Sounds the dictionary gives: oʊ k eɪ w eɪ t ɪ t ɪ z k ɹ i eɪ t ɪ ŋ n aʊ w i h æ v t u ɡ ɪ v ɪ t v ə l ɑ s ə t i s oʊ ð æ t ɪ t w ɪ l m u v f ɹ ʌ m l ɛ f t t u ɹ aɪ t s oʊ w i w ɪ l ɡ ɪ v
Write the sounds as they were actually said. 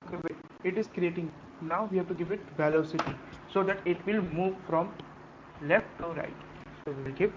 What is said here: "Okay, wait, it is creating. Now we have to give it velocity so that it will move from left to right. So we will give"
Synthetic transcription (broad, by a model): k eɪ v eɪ ɪ t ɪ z k ɹ i eɪ t ɪ ŋ n aʊ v i h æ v t u ɡ ɪ v ɪ t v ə l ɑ s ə t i s oʊ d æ t ɪ t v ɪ l m u v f ɹ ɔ m l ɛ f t t u ɹ aɪ t s oʊ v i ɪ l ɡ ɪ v